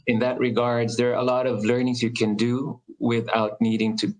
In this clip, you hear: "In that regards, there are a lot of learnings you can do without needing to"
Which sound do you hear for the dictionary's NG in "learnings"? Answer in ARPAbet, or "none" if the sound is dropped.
NG